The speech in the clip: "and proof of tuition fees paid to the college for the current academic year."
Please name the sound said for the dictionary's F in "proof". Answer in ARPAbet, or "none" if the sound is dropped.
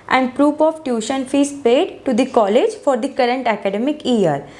P